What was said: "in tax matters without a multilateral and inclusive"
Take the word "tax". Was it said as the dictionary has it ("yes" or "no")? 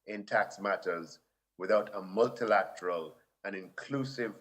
yes